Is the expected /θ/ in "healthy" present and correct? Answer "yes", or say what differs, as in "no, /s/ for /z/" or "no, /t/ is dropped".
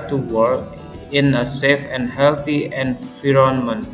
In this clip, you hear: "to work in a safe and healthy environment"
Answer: no, /t/ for /θ/